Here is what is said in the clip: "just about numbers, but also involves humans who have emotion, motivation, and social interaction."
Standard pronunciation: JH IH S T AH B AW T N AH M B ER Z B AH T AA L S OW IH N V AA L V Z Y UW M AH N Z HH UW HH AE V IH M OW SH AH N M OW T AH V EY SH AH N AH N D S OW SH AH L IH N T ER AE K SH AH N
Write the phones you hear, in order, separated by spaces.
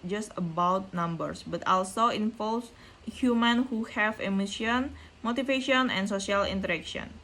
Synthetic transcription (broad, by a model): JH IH S T AH B AW T N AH M B ER S B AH T AA L S OW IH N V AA L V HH Y UW M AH N HH UW HH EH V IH M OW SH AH N M OW T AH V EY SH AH N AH N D S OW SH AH L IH N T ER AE K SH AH N